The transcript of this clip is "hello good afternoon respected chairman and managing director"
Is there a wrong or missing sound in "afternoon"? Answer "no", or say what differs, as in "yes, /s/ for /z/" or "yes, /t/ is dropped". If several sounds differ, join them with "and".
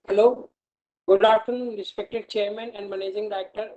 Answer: yes, /f/ is dropped